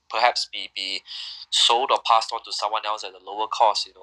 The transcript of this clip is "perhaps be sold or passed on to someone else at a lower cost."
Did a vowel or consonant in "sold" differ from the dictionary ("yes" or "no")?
no